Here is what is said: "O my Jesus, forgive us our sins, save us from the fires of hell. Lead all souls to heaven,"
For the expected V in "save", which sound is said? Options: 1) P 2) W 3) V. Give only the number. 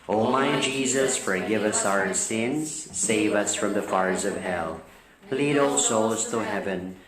3